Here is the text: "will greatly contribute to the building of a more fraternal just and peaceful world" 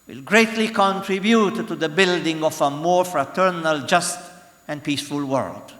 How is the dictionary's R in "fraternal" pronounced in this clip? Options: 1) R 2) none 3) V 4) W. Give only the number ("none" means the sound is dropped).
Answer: 1